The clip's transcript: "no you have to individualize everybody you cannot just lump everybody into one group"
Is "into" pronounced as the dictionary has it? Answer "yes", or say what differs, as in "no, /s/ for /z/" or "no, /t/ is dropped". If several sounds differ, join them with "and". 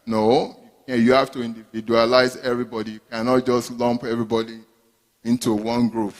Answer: yes